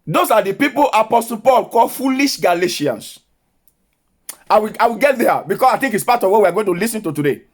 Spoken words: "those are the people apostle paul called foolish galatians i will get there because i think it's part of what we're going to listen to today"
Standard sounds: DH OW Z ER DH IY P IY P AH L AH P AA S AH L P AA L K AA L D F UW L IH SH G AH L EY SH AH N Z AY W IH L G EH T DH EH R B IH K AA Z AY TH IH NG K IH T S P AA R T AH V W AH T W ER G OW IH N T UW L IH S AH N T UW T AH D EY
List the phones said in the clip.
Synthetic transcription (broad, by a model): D OW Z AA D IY P IY P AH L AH P AA S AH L P AA L K AA L F UW L IH SH G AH L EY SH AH N S AY W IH W G EH T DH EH B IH K AA S AY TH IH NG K IH T S P AA T AH V W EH W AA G OW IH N T UW L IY S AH N T UW T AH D EY